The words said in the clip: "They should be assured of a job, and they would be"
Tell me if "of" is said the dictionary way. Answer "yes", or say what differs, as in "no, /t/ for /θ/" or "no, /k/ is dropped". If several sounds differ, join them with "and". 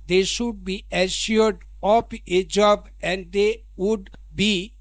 no, /p/ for /v/